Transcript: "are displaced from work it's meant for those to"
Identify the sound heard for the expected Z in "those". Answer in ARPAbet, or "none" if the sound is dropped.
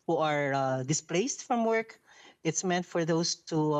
S